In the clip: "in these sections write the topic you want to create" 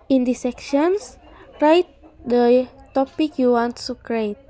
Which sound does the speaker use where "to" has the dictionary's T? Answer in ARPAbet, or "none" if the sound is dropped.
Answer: S